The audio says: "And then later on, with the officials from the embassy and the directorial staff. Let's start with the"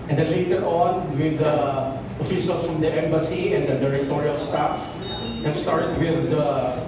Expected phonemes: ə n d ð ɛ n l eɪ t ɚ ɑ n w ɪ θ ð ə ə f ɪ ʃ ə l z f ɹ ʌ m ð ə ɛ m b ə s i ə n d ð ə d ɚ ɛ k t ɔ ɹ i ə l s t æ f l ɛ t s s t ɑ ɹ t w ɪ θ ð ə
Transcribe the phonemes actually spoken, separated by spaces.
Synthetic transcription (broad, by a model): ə n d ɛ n l eɪ t ɚ ɑ n w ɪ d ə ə f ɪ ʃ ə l f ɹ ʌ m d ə ɛ m b ə s i ə n d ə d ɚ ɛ k t ɔ ɹ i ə l s t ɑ f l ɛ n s s t ɑ ɹ t w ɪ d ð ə